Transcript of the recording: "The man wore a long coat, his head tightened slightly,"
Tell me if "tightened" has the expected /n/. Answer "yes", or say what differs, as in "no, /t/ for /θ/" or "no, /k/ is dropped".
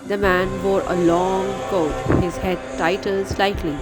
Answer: no, /l/ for /n/